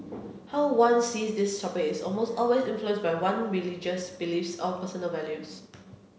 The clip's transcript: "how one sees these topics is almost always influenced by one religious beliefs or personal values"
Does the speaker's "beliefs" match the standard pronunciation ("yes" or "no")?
yes